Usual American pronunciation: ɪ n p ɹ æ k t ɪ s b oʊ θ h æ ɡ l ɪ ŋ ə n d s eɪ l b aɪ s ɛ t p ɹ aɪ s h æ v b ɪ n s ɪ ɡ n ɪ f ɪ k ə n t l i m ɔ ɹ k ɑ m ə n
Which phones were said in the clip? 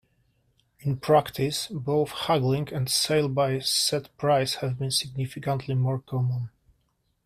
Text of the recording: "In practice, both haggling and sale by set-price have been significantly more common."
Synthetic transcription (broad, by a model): ɪ n p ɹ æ k t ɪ s b oʊ θ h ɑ ɡ l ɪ ŋ ə n d s eɪ l b aɪ s ɛ t p ɹ aɪ s h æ v b ɪ n s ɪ ɡ n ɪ f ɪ k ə n t l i m ɔ ɹ k ɑ m ə n